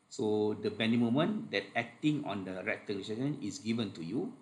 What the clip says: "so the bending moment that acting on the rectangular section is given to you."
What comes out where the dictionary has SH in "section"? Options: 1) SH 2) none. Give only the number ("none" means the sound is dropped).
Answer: 2